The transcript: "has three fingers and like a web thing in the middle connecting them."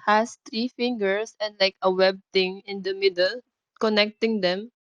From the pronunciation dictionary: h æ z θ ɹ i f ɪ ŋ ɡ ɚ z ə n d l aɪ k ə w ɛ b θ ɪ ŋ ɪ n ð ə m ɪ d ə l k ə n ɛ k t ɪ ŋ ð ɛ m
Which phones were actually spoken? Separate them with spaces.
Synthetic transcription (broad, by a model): h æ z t ɹ i f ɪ ŋ ɡ ɚ s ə n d l aɪ k ə w ɛ b t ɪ ŋ ɪ n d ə m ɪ d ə l k ə n ɛ k t ɪ ŋ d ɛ m